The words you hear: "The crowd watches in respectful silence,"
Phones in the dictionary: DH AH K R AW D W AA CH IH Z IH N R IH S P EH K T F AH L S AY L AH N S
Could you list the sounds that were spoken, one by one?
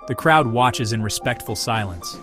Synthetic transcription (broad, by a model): DH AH K R AW D W AA CH IH Z IH N R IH S P EH K T F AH L S AY L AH N S